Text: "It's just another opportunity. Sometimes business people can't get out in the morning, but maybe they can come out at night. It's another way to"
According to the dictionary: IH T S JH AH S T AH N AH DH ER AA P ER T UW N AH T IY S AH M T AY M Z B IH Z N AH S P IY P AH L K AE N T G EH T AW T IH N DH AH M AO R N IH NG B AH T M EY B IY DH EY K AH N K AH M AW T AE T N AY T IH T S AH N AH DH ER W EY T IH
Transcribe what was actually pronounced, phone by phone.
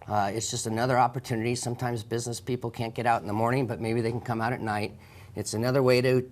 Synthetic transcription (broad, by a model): IH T S JH AH S T AH N AH DH ER AA P ER T UW N AH T IY S AH M T AY M Z B IH Z N AH S P IY P L K AE N T G EH T AW T N DH AH M AO R N IH NG B AH T M EY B IY DH EY K N K AH M AW T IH T N AY T IH T S AH N AH DH ER W EY T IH